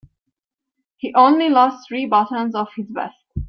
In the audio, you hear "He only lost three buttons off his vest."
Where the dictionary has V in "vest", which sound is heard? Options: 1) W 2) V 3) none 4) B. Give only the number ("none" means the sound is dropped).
4